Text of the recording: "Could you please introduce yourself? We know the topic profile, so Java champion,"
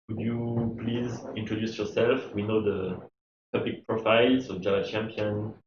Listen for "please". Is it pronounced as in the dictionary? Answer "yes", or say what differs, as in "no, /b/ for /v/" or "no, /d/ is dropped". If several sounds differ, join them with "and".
yes